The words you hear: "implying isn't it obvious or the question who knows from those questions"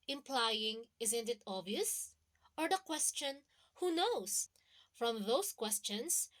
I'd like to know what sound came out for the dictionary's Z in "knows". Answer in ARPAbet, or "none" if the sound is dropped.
S